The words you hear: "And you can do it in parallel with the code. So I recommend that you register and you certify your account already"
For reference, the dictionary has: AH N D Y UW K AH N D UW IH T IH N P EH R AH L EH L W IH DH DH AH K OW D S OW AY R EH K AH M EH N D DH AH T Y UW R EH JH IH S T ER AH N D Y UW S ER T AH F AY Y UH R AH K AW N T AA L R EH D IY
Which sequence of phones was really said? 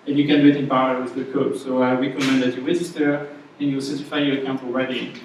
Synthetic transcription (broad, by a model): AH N Y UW K AH N D UW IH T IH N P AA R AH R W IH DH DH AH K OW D S OW AY R EH K AH M EH N D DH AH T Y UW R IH Z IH T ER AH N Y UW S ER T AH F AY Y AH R AH K AW N T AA L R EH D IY